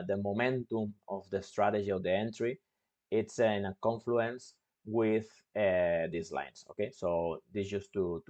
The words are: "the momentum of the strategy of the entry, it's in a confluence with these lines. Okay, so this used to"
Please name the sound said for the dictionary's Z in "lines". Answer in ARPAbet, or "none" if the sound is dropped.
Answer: S